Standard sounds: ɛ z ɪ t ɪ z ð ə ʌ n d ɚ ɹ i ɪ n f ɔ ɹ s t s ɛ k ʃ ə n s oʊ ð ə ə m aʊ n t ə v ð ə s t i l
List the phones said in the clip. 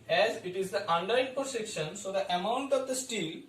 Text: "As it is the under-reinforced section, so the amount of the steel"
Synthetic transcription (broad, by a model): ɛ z ɪ t ɪ z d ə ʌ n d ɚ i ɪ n p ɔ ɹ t s ɛ k ʃ ə n s oʊ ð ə ə m aʊ n t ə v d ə s t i l